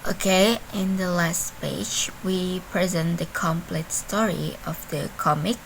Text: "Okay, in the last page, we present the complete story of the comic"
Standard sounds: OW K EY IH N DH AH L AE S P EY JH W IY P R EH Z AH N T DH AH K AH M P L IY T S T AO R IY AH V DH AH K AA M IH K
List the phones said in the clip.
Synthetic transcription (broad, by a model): OW K EY IH N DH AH L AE S P EY JH W IY P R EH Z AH N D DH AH K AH M P L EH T S T AO R IY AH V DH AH K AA M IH K